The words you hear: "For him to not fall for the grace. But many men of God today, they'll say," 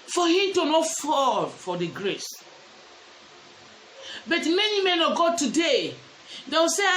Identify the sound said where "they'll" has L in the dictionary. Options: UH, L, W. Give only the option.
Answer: W